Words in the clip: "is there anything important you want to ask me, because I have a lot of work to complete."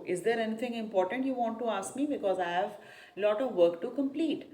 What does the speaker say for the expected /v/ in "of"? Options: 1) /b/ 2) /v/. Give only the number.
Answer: 2